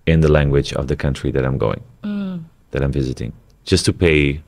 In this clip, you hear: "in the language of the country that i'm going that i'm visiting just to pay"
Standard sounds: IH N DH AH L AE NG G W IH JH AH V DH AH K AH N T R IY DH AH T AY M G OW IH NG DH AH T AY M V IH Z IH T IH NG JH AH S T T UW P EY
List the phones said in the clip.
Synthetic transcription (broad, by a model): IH N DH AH L AE NG G W IH JH AH V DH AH K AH N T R IY DH AH T AY M G OW IH NG DH AH T AY M V IH Z IH T IH NG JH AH S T T UW P EY